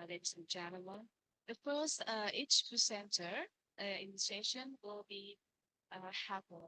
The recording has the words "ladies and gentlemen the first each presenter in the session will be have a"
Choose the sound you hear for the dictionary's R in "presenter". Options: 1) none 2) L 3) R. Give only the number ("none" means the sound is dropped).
1